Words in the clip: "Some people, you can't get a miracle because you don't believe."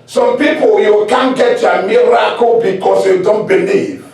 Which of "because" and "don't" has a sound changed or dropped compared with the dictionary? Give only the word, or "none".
because